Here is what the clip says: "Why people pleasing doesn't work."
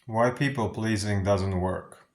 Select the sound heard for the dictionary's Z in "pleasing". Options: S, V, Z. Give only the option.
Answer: Z